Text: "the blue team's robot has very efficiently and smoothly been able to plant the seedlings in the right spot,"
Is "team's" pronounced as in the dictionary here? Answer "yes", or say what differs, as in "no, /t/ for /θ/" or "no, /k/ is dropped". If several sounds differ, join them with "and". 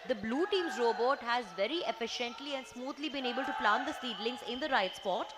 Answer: yes